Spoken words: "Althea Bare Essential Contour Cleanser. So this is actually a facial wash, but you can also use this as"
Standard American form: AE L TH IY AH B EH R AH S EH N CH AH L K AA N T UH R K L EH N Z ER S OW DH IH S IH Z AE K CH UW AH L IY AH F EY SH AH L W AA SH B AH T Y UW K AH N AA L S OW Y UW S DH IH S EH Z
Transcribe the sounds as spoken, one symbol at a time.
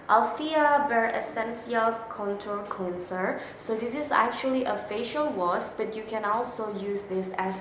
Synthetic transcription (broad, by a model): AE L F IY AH B EH R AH S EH N S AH L K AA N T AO L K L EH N S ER S OW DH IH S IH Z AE K CH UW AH L IY AH F EY SH AH L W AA S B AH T Y UW K AH N AA L S OW Y UW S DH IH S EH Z